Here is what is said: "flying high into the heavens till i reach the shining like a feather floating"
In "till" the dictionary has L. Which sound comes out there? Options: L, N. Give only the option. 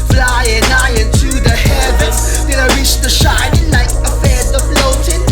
N